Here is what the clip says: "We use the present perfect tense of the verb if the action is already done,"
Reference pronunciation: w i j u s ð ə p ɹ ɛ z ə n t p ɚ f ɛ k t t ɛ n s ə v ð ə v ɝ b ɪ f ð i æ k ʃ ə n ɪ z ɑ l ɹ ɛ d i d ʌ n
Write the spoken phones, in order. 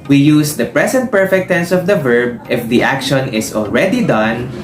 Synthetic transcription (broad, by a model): w i j u s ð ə p ɹ ɛ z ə n t p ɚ f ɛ k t t ɛ n s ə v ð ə v ɝ b ɪ f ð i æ k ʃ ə n ɪ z ɑ l ɹ ɛ d i d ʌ n